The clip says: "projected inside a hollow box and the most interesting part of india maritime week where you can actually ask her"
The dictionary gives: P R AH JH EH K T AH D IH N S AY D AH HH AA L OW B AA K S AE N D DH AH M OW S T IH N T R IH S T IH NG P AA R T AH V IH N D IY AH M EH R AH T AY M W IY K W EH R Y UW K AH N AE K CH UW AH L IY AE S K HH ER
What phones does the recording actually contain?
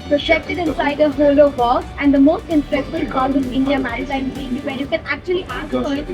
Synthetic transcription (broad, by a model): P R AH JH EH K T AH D IH N S AY D AH HH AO L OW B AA S AE N D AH M OW S T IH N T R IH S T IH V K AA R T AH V IH N D IY AH M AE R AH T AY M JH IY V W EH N Y UW K AH N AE K CH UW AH L IY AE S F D